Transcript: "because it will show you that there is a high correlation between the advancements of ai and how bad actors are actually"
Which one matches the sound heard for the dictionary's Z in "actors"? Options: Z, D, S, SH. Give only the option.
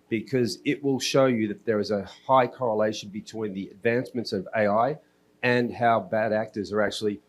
Z